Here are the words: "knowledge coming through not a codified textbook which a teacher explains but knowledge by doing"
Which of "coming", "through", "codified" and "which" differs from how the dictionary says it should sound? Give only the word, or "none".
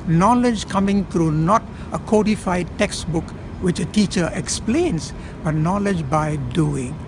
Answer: through